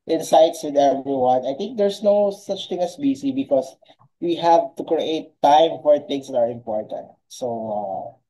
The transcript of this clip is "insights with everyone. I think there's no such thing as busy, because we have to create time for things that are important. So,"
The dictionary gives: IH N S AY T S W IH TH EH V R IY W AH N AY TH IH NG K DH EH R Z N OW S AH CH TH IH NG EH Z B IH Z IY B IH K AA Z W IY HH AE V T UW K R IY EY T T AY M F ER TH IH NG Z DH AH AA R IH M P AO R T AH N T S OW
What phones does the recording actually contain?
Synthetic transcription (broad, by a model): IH N S AY T S W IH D EH V R IY W AH N AY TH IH NG K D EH R S N OW S AH CH T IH NG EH S B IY S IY B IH K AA S W IY HH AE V T UW K R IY EY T T AY M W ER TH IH NG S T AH AA R IH M P AO R T AH N T S OW